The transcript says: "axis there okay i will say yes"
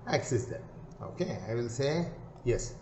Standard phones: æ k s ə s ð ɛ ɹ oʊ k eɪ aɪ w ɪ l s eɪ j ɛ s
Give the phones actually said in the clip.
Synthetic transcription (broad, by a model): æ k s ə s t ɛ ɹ oʊ k eɪ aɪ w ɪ n s eɪ j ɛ s